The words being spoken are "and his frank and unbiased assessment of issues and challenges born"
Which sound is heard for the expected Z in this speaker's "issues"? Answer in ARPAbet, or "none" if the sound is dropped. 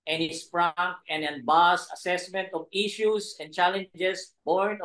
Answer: S